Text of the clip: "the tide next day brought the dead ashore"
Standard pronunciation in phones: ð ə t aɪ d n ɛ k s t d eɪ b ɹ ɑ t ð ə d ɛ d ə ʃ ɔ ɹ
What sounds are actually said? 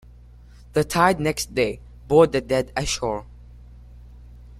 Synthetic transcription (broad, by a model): ð ə t aɪ d n ɛ k s t d eɪ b ɑ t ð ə d ɛ d ə ʃ ɔ ɹ